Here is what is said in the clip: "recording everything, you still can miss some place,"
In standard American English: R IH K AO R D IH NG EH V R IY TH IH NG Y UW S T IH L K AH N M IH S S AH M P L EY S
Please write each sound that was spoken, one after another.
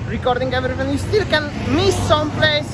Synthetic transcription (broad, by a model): R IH K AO R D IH NG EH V R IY F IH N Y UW S T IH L K AH N M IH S S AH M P L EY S